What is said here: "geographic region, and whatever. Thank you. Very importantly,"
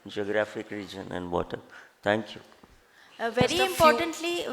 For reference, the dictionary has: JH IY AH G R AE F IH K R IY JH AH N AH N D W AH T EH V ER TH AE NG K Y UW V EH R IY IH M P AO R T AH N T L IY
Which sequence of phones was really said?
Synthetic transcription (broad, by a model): JH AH G R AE F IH K R IY JH AH N AH N D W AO T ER T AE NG K Y UW V EH R IY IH M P AO R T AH N T L IY